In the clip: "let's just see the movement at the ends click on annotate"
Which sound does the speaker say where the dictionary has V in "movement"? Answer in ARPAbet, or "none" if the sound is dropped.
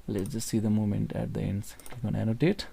none